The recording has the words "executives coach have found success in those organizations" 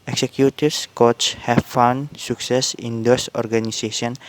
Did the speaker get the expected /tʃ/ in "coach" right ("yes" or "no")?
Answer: no